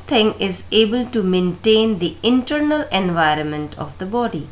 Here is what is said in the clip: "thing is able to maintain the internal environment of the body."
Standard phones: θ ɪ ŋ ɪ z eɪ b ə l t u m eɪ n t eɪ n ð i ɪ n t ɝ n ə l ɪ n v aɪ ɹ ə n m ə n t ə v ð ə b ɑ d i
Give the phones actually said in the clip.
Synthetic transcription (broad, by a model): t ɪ ŋ ɪ z eɪ b ə l t u m eɪ n t eɪ n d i ɪ n t ɝ n ə l ɪ n v aɪ ɹ ə n m ə n t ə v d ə b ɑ d i